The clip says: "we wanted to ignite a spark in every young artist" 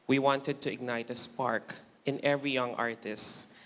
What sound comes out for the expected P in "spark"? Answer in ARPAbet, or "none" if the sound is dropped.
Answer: P